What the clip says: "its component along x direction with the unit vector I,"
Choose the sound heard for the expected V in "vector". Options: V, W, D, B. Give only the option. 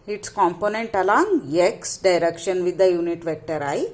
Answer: V